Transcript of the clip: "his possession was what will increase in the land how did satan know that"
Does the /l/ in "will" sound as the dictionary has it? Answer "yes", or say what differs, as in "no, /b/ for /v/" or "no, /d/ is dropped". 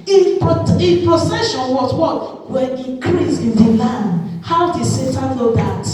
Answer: no, /n/ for /l/